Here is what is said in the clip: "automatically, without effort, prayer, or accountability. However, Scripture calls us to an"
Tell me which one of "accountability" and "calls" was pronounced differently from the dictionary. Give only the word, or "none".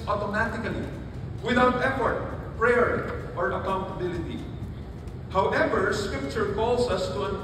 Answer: calls